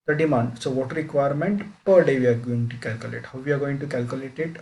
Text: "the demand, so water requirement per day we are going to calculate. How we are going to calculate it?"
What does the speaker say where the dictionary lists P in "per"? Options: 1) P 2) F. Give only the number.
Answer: 1